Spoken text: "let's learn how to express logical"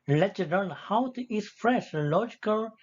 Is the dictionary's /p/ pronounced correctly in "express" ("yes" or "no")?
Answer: no